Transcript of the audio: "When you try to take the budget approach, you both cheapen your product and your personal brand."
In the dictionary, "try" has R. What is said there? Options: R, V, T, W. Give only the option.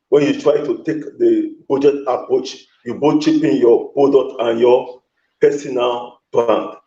R